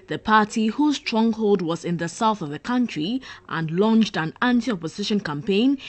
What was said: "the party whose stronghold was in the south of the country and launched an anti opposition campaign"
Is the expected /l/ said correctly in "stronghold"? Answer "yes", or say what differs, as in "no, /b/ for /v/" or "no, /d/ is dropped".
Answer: yes